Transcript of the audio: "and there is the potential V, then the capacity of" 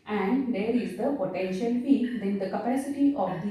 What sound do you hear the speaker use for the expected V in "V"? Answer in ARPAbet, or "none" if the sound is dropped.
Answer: F